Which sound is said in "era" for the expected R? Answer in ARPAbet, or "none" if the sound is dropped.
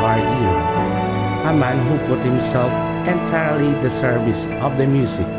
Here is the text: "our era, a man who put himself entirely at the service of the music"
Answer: none